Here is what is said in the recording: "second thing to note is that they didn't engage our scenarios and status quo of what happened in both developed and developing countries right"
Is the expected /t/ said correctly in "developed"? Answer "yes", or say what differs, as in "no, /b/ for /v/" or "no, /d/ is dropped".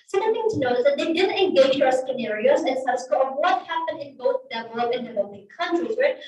no, /t/ is dropped